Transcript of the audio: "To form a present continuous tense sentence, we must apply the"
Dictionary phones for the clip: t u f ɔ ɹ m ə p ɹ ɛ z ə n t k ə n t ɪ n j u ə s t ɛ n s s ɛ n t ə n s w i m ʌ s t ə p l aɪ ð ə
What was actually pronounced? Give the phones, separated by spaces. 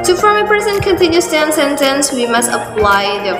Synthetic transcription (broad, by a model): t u f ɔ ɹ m ə p ɛ s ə n k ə n t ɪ n j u s t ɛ n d s ɛ n t ə n s w i m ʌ s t ə p l aɪ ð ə